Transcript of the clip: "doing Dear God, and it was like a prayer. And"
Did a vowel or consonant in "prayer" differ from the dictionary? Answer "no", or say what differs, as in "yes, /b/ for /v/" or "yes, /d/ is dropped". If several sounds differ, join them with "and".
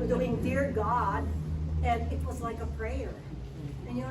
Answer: no